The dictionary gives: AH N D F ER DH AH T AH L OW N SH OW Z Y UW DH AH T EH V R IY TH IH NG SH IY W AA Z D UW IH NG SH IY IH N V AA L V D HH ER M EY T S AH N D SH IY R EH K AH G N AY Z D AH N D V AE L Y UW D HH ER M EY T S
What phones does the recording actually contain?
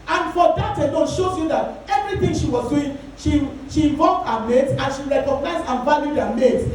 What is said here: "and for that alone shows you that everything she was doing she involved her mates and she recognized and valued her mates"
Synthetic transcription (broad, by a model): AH N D F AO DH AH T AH N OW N SH OW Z Y UW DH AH T EH V R IY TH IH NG SH IY W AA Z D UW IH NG SH IY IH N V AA V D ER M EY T AH N SH IY R EH K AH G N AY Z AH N V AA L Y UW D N M EY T